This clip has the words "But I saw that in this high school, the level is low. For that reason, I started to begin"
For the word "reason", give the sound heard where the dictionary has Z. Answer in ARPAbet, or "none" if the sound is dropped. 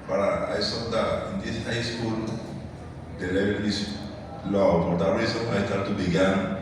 S